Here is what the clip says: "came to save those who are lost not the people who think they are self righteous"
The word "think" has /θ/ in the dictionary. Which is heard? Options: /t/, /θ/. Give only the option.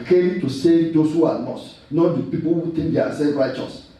/t/